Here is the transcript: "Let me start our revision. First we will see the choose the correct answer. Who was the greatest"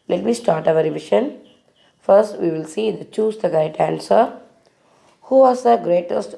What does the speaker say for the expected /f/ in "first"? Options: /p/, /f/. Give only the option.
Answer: /f/